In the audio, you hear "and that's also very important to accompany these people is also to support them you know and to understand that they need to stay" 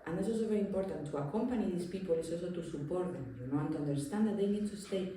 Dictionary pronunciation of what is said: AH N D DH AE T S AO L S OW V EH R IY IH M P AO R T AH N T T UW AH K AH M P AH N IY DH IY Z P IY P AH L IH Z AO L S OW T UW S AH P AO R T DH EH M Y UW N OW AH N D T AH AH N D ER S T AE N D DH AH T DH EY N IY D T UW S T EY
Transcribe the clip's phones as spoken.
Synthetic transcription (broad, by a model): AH N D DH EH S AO S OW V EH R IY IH M P AO R T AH N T T UW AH K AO M P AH N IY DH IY S P IY P AH L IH S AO S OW T UW S AH P AO R T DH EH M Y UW N OW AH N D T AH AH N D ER S T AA N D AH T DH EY N IY D T UW S T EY